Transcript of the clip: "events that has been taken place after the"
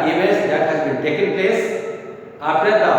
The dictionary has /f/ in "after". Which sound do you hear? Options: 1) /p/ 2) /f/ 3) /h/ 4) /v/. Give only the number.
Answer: 1